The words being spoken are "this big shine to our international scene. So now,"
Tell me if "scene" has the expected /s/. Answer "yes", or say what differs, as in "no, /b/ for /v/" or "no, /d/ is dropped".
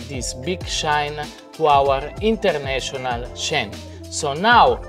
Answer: no, /ʃ/ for /s/